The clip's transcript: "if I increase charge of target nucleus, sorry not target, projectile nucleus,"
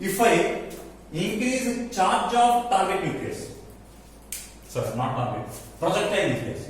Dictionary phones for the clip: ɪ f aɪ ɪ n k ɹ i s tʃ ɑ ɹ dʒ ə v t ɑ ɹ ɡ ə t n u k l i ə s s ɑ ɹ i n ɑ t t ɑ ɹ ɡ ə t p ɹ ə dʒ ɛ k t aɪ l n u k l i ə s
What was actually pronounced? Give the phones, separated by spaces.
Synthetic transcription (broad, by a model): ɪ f aɪ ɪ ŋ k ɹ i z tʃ ɑ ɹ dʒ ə b t ɑ ɹ ɡ ə t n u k i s s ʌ ɹ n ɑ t t ɑ ɹ ɡ ə t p ɹ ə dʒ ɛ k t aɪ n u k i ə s